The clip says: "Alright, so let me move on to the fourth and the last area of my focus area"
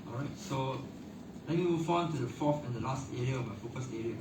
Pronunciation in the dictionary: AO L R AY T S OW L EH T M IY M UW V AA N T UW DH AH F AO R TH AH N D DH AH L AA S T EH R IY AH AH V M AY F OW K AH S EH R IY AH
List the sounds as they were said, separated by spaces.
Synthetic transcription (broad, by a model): AO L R AY T S OW L EH T M IY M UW F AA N T UW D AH F AO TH AH N D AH L AA S T EH R IY AH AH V M AY F OW K AH S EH R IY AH